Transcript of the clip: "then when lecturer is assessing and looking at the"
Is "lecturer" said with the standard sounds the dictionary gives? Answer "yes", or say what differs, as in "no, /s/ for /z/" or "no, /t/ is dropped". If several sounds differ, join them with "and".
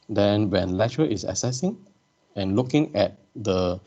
no, /k/ is dropped